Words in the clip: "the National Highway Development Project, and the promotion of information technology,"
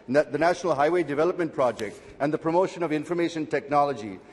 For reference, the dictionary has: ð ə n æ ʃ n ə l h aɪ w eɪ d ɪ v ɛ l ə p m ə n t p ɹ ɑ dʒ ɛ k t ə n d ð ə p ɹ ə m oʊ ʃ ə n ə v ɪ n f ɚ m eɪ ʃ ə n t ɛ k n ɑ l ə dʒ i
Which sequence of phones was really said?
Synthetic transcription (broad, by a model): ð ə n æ ʃ n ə l h aɪ w eɪ d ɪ v ɛ l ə p m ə n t p ɹ ɑ dʒ ɛ k t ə n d ð ə p ɹ ə m oʊ ʃ ə n ə v ɪ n f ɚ m eɪ ʃ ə n t ɛ k n ɑ l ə dʒ i